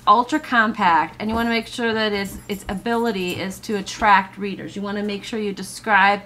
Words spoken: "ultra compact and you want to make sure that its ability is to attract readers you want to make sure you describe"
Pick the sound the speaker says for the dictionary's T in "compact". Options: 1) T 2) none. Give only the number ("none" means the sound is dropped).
1